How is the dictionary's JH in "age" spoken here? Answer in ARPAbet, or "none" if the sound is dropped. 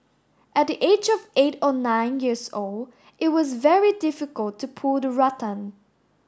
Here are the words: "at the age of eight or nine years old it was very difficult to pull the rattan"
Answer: JH